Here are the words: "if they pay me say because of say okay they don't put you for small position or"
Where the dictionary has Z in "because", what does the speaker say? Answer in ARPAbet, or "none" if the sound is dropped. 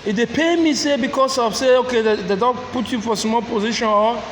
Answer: S